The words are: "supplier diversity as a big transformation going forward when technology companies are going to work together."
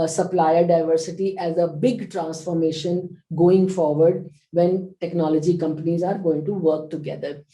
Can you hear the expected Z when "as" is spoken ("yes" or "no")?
yes